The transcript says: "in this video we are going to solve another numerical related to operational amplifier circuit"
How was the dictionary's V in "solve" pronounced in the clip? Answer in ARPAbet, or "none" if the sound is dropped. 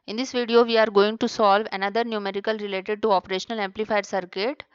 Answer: V